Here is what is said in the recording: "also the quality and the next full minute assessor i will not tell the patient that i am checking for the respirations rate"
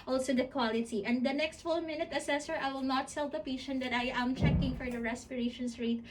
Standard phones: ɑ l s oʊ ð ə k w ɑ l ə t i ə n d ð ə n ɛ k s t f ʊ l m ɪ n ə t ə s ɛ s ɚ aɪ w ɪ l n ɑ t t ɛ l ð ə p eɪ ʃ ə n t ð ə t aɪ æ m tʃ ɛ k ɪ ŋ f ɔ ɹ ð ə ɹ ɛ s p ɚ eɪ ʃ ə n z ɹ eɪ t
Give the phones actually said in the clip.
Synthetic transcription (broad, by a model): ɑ l s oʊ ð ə k w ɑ l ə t i ə n d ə n ɛ k s t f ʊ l m ɪ n ə t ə s ɛ s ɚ aɪ w ɪ l n ɑ t s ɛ l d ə p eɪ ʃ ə n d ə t aɪ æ m tʃ ɛ k ɪ ŋ f ɔ ɹ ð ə ɹ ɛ s p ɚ eɪ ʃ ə n s ɹ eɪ t